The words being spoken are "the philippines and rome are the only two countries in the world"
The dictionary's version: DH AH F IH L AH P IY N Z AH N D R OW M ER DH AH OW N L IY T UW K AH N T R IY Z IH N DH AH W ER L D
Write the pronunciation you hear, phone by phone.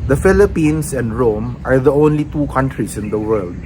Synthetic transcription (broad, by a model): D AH F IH L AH P IY N S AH N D R OW M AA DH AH OW N L IY T UW K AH N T R IY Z IH N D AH W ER L D